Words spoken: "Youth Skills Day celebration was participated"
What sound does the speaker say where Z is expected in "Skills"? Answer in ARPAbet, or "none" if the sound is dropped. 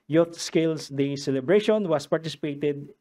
S